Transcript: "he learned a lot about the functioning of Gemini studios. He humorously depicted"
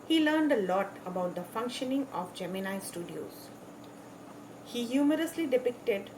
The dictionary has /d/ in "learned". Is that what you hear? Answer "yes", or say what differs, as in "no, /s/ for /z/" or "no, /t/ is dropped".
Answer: yes